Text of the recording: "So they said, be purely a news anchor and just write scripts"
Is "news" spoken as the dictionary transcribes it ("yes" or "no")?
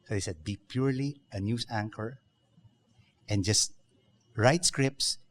no